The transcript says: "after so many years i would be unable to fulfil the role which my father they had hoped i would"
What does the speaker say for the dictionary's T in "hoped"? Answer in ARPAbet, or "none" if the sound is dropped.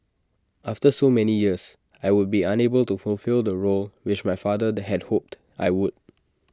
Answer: T